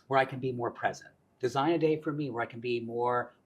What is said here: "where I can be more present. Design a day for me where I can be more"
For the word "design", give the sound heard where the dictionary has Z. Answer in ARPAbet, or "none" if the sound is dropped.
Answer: Z